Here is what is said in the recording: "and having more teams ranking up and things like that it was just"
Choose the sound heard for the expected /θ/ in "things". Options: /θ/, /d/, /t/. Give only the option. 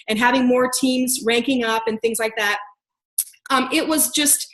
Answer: /θ/